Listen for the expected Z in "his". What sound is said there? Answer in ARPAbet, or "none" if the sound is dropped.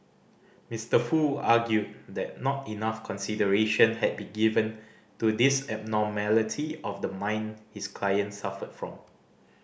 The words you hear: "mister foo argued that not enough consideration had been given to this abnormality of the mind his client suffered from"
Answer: S